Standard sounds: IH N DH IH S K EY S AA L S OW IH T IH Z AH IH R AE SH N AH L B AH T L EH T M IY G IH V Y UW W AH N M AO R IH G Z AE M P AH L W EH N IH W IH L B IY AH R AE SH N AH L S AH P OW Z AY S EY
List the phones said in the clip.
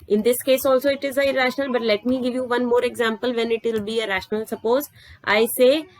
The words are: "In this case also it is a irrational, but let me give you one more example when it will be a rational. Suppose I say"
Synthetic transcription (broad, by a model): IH N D IH S K EY S AA L S OW IH T IH Z AH IH R AE SH N AH L B AH T L EH T M IY G IH V Y UW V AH N M AO R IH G Z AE M P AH L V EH N IH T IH L B IY AH R AE SH N AH L S AH P OW Z AY S EY